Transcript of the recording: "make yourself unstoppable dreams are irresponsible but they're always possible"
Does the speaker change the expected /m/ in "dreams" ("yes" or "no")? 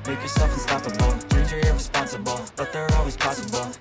yes